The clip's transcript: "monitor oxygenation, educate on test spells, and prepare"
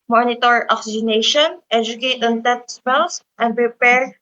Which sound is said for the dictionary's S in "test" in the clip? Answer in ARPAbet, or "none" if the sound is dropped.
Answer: none